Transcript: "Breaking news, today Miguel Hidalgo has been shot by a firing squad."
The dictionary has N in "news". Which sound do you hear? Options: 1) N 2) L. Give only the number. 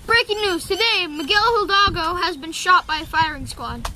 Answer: 1